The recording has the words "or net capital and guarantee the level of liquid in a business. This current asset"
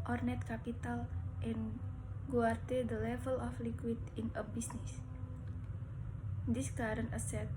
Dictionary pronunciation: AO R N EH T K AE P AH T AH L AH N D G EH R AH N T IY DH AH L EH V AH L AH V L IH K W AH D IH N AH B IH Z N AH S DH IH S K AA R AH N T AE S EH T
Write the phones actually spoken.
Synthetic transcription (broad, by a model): AO R N EH T K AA P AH T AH L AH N G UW AH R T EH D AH L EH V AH L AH F L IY K W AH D IH N AH B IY S N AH S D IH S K AA R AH N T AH S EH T